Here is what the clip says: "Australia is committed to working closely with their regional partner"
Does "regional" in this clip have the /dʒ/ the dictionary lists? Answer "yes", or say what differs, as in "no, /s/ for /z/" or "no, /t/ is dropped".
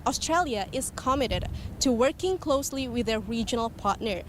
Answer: yes